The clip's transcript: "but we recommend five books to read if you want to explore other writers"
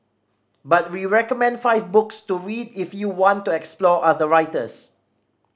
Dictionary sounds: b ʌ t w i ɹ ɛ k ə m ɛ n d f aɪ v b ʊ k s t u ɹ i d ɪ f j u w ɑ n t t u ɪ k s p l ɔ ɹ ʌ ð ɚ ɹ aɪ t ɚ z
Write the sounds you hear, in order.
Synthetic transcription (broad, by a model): b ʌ t w i ɹ ɛ k ə m ɛ n d f aɪ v b ʊ k s t u ɹ i d ɪ f j u w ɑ n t t u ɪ k s p l ɔ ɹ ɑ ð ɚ ɹ aɪ t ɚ s